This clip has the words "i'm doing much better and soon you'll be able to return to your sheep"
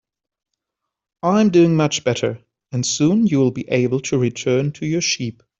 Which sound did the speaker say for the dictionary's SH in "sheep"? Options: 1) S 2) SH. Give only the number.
2